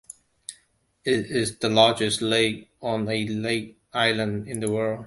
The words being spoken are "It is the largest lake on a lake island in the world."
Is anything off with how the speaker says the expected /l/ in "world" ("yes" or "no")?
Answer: no